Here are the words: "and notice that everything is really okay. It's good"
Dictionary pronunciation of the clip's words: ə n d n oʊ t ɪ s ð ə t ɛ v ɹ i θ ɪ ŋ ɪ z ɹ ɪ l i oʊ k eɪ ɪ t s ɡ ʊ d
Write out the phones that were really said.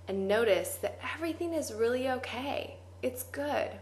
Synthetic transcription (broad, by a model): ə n n oʊ t ɪ s ð ə t ɛ v ɹ i θ ɪ ŋ ɪ z ɹ ɪ l i oʊ k eɪ ɪ t s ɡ ʊ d